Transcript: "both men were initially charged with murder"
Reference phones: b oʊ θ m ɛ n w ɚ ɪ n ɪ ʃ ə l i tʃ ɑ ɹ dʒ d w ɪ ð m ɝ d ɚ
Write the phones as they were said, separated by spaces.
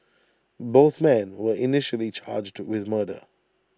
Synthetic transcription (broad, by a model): b oʊ θ m ɛ n w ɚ ɪ n ɪ ʃ ə l i tʃ ɑ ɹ dʒ d w ɪ ð m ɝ d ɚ